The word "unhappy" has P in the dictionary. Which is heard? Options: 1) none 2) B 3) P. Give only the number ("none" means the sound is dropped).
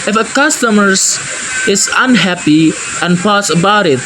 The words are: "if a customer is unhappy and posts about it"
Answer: 3